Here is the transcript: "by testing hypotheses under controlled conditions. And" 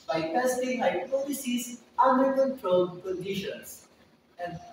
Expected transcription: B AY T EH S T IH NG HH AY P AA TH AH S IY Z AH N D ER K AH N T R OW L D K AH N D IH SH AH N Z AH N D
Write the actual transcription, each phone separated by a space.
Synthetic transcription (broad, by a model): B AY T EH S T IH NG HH AY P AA T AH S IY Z AH N D ER K AH N T R OW L D K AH N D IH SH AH N S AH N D